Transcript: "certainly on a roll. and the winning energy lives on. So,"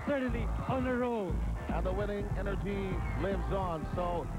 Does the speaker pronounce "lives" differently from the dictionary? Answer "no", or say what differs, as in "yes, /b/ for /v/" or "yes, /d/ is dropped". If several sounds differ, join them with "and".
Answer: no